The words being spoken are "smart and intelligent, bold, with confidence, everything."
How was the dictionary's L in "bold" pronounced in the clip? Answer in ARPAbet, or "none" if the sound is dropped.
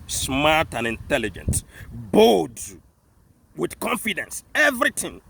none